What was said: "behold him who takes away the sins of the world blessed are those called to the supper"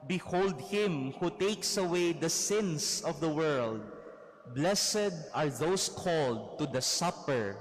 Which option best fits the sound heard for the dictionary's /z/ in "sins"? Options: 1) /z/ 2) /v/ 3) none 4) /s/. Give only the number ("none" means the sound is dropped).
4